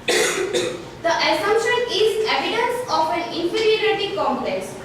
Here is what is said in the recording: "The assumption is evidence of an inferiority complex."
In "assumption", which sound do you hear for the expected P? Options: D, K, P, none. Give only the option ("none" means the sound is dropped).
none